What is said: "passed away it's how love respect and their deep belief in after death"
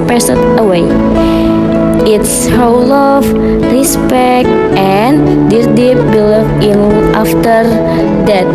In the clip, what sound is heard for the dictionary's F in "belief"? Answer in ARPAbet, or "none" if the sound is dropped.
none